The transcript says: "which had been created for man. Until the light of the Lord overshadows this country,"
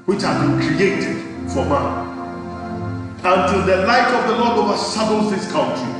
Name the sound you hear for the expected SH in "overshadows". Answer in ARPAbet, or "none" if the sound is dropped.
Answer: S